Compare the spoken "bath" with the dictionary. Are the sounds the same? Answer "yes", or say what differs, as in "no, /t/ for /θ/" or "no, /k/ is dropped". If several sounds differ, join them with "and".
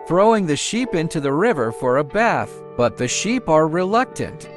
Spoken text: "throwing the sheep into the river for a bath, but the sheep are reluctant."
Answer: yes